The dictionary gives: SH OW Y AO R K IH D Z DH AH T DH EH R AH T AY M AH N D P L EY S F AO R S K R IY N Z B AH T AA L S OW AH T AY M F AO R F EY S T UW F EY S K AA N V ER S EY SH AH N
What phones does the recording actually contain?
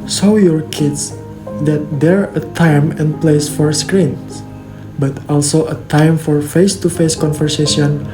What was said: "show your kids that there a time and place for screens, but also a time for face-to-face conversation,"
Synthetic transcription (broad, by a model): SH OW Y AO R K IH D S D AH T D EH R AH T AY M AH N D P L EY S F AO R S K R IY N S B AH T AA L S OW AH T AY M F AO R F EY S T UW F EY S K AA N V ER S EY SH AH N